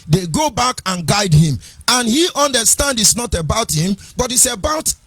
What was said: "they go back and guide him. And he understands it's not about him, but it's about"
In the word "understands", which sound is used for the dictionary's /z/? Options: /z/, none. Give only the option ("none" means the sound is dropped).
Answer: none